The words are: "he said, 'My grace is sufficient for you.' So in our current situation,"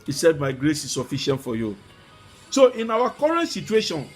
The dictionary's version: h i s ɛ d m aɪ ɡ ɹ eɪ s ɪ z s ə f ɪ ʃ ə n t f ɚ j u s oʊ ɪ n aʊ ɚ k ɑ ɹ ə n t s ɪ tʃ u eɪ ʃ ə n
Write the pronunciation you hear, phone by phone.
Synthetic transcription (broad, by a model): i s ɛ d m aɪ ɡ ɹ eɪ s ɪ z s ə f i ʃ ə n t f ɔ j u s oʊ ɪ n aʊ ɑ k ɑ ɹ ə n t s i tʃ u eɪ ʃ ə n